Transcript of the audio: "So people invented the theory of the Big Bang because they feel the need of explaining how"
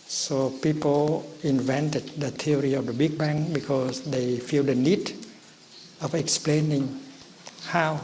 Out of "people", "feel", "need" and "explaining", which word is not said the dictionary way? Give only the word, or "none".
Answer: none